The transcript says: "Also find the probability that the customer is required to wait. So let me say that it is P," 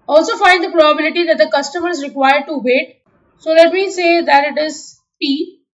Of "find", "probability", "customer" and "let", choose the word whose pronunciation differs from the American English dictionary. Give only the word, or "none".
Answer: none